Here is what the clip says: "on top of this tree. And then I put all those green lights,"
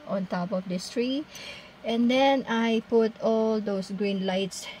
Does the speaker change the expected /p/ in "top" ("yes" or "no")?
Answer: no